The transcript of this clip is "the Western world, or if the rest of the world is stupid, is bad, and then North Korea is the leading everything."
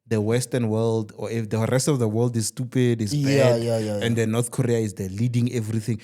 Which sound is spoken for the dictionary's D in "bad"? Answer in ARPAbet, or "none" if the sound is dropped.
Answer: none